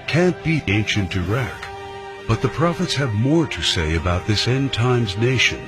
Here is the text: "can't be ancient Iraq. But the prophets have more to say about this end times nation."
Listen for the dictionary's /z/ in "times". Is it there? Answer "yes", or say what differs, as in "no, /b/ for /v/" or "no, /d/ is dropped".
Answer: yes